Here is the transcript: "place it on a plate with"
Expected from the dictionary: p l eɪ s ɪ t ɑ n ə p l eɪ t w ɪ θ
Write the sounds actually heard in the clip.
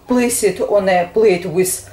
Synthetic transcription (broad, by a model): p l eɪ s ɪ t ɑ n ə b l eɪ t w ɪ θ